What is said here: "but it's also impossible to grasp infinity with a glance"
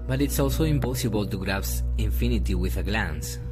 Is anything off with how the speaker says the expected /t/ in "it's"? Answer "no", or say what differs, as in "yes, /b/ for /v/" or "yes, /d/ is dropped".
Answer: no